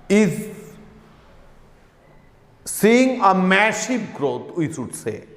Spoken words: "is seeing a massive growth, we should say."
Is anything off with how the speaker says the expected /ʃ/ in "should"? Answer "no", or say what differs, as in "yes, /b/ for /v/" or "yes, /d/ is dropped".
yes, /s/ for /ʃ/